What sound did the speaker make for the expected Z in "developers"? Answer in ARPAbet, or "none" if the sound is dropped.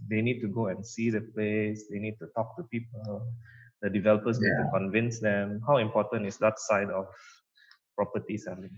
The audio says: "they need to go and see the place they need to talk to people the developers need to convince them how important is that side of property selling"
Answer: S